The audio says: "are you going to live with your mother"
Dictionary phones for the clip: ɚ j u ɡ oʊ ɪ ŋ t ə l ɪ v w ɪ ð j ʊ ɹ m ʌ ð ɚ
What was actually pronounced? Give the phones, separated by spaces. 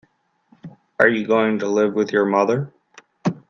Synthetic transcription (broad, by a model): ɚ j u ɡ oʊ ɪ ŋ t ə l ɪ v w ɪ ð j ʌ ɹ m ʌ ð ɚ